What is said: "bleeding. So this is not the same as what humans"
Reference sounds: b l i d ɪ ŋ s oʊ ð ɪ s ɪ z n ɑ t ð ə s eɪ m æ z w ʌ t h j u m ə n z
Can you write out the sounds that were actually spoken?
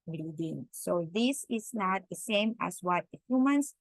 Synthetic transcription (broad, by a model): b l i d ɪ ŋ s oʊ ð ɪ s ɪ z n ɑ t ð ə s eɪ m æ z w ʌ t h j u m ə n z